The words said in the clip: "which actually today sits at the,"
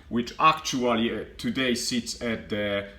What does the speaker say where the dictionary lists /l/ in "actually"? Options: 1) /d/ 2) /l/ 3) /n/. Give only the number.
2